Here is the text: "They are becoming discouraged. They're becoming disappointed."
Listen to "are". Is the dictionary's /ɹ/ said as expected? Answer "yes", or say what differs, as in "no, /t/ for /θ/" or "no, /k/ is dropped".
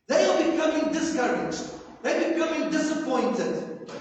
no, /l/ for /ɹ/